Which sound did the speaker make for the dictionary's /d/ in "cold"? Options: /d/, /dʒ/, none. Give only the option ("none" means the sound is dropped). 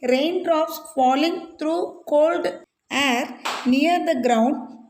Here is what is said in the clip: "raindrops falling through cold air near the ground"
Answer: /d/